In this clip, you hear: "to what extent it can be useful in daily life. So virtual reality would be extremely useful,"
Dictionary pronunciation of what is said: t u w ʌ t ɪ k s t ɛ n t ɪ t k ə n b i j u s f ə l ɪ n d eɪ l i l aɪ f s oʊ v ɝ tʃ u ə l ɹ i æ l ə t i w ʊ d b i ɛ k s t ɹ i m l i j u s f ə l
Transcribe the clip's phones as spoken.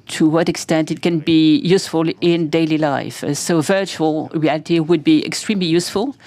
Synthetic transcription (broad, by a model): t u w ʌ t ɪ k s t ɛ n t ɪ t k ə n b i j u s f ə l ɪ n d eɪ l i l aɪ f s oʊ v ɝ tʃ u ə l ɹ i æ l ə t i w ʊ d b i ɛ k s t ɹ i m l i j u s f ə l